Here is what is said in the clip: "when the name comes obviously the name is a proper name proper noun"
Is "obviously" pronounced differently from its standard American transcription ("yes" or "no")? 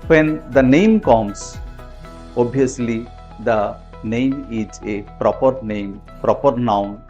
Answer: yes